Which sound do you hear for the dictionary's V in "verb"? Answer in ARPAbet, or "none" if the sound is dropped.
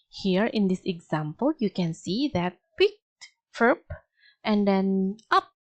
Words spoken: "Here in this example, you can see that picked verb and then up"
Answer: F